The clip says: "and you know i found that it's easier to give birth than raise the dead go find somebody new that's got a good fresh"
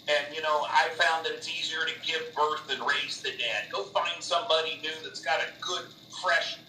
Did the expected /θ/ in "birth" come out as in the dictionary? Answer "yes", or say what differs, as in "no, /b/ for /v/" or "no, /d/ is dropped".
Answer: yes